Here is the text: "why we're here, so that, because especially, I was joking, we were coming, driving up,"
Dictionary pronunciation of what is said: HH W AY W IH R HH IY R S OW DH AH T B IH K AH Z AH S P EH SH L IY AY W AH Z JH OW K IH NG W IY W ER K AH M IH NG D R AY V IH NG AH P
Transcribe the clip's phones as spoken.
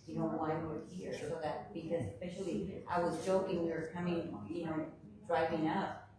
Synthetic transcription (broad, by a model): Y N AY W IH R HH IY R S OW DH AH T B IH K AH Z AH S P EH SH L IY AY W AH Z JH OW K IH NG W IY W ER K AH M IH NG D R AY V IH NG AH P